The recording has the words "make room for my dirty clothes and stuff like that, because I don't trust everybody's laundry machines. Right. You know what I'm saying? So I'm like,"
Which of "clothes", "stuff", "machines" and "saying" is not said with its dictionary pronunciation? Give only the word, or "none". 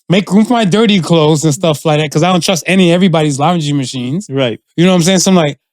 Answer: none